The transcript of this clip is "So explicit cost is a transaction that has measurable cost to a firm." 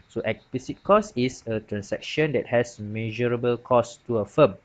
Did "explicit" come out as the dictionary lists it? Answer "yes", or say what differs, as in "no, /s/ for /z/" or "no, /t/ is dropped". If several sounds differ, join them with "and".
no, /l/ is dropped